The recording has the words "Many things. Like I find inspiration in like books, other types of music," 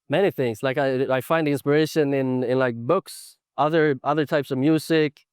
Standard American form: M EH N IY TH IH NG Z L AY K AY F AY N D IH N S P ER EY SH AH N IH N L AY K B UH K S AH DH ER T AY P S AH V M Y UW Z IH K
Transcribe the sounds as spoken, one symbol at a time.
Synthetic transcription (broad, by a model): M EH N IY TH IH NG Z L AY K AY F AY N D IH N S P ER EY SH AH N IH N L AY K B UH K S AH DH ER T AY P S AH V M Y UW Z IH K